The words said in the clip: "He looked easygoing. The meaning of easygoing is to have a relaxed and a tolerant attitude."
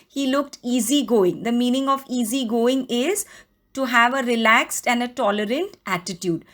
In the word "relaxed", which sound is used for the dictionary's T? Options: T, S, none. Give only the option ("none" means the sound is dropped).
T